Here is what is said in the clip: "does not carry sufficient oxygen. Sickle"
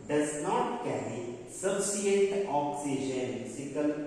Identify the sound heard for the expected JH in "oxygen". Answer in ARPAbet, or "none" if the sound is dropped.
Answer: SH